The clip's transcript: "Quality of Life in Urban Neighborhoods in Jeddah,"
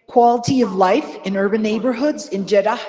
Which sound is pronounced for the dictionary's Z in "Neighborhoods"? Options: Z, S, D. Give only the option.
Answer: Z